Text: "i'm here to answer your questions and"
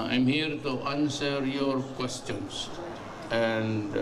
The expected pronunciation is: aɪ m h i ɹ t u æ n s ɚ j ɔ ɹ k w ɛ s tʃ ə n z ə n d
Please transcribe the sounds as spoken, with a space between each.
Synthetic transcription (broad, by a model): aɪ m h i ɹ t u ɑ n s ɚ j ɔ ɹ k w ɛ s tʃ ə n s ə n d